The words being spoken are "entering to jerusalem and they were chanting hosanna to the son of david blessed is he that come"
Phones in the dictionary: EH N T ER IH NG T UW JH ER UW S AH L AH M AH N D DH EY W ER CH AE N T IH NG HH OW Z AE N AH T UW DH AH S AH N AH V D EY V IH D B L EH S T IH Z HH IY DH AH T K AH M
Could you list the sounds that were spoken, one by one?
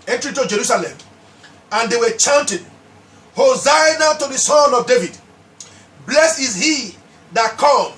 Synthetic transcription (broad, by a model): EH N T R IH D T UW JH ER UW S AH L AH M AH N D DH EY W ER CH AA N T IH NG HH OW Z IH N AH T UW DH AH S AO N AH V D EY V IH D B L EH S IH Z HH IY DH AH T K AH M